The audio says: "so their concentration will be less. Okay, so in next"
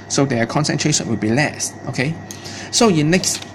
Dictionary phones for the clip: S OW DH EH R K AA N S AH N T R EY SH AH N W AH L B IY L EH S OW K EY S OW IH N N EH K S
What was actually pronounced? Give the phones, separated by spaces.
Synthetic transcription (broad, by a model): S OW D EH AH K AA N S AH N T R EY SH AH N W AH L B IY L EH S OW K EY S OW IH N N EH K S